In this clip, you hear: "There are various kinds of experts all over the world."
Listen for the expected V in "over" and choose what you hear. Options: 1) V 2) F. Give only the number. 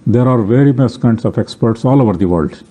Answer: 1